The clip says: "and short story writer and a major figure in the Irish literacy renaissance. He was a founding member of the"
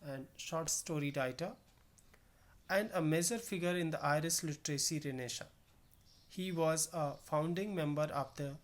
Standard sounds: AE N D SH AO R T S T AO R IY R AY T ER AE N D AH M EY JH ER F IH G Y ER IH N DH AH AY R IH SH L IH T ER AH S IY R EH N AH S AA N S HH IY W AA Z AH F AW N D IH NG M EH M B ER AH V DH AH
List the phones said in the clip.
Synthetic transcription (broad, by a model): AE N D SH AO R T S T AO R IY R AY T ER AE N D AH M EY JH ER F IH G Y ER IH N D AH AY R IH S L IH T ER AH S IY R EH N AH SH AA HH IY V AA Z AH F AW N D IH NG M EH M B ER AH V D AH